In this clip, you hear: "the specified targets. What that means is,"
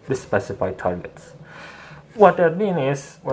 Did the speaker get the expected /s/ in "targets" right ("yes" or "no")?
yes